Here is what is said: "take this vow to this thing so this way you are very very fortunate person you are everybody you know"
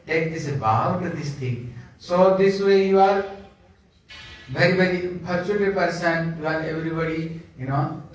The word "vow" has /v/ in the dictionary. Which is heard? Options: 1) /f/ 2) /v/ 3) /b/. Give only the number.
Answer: 3